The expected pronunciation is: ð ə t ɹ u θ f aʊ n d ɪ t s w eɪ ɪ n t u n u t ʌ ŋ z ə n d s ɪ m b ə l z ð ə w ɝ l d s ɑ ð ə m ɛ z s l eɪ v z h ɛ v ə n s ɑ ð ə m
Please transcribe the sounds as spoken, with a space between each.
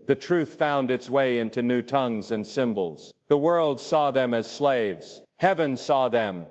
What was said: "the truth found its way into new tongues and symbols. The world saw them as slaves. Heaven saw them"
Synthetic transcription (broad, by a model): ð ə t ɹ u θ f aʊ n d ɪ t s w eɪ ɪ n t u n u t ʌ ŋ z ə n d s ɪ m b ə l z ð ə w ɝ l d s ɑ ð ə m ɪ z s l eɪ v z h ɛ v ə n s ɑ ð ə m